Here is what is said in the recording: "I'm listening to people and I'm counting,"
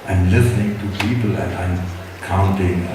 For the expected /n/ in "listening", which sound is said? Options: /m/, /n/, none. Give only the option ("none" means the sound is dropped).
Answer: /n/